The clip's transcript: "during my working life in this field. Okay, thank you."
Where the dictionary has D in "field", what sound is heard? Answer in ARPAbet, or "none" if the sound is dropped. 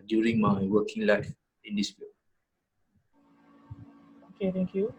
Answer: none